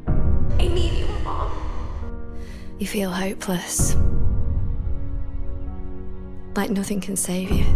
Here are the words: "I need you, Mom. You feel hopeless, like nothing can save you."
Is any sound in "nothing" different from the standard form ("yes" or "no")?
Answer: no